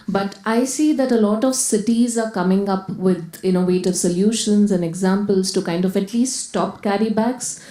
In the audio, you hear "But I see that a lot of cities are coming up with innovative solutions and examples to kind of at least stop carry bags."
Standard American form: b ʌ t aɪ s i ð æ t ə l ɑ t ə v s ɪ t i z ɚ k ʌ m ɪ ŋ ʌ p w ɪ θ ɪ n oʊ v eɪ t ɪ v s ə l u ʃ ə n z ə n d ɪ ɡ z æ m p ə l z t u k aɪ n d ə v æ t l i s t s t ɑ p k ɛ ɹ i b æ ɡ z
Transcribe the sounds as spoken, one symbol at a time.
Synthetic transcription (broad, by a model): b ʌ t aɪ s i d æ t ə l ɑ t ə v s ɪ t i z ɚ k ʌ m ɪ ŋ ʌ p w ɪ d ɪ n oʊ v eɪ t ɪ v s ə l u ʃ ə n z ə n d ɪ ɡ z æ m p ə l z t u k aɪ n d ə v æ t l i s t s t ɑ p k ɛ ɹ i b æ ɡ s